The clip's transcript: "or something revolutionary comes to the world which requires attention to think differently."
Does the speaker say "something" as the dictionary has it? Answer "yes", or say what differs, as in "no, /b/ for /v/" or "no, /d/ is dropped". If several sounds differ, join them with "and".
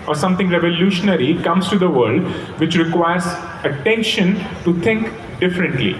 no, /t/ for /θ/